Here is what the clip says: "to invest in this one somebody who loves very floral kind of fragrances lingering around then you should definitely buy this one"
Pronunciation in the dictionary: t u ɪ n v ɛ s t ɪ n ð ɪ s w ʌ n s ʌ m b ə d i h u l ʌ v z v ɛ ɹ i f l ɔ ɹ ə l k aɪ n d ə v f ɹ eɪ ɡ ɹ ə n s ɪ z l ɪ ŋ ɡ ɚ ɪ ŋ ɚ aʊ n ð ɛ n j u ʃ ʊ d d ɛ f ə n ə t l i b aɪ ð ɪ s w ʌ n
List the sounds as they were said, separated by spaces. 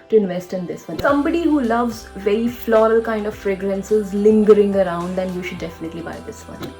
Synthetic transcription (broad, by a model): t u ɪ n v ɛ s t ɪ n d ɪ s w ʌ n s ʌ m b ə d i h u l ʌ v z v ɛ ɹ i f l ɔ ɹ ə l k aɪ n d ə v f ɹ eɪ ɡ ɹ ə n s ɪ z l ɪ ŋ ɡ ɚ ɪ ŋ ɚ aʊ n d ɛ n j u ʃ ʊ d d ɛ f ə n ə t l i b aɪ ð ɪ s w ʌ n